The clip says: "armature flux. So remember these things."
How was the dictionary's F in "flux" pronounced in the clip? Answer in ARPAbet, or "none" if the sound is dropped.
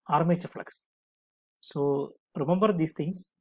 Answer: F